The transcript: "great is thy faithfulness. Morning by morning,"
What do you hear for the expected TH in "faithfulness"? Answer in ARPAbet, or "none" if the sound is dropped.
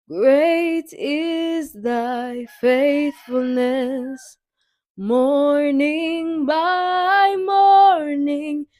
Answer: TH